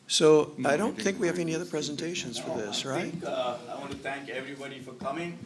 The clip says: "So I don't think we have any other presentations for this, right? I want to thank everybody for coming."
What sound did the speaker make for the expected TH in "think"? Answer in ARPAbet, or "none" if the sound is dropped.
TH